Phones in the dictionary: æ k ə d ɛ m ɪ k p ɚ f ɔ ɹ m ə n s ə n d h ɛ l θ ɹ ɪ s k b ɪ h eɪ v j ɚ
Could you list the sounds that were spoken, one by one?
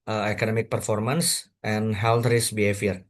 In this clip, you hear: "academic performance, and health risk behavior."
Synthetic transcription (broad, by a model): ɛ k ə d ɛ m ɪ k p ɚ f ɔ ɹ m ə n s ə n h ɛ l t ɹ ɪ s b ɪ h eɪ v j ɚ